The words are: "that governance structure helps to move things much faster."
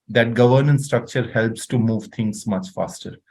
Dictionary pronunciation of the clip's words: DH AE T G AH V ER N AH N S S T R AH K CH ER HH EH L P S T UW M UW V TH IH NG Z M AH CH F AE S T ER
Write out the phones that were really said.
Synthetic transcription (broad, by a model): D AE T G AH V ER N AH N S S T R AH K CH ER HH EH L P S T UW M UW V T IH NG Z M AH CH F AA S T ER